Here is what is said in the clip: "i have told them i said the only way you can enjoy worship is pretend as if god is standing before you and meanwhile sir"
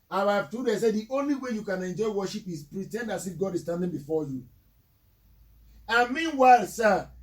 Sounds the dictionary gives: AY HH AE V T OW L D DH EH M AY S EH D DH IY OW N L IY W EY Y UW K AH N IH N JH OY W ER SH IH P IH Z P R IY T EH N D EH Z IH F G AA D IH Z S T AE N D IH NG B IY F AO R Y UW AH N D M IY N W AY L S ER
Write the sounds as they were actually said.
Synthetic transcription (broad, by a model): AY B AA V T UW D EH S EH D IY OW N L IY W EY Y UW K AH N IH N JH OY W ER SH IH P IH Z P R IY T EH N D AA S IH F G AA D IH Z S T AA N D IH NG B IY F AO Y UW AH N M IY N W AY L S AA